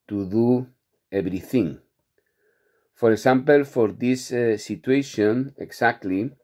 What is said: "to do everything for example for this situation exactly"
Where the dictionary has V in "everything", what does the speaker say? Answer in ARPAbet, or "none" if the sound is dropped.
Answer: B